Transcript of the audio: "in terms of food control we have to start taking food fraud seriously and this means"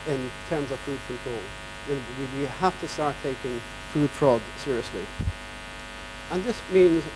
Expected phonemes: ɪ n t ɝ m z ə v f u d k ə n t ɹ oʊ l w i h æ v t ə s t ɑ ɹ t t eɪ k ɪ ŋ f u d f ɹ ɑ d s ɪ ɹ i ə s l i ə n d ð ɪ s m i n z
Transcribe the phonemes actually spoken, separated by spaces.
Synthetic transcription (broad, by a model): ɪ n t ɝ m z ə v f u d k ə n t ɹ oʊ l w i h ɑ f t ə s t ɑ ɹ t t eɪ k ɪ ŋ f u d f ɹ ɑ d s ɪ ɹ i ə s l i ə n ð ɪ s m i n z